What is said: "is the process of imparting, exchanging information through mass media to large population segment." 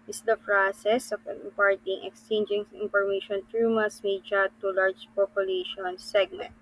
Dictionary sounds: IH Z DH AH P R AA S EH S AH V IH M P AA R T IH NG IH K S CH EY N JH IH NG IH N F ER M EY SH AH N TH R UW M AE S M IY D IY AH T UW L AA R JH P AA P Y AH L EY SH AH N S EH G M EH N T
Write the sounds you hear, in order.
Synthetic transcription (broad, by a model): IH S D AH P R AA S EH S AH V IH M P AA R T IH NG IH K S CH EY N JH IH NG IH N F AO M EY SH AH N T R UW M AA S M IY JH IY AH T UW L AA R JH P AA P Y AH L EY SH AH N S EH G M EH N T